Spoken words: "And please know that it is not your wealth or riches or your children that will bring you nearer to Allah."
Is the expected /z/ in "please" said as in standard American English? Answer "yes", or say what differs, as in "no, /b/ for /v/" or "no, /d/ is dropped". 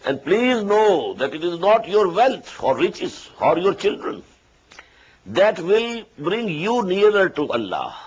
yes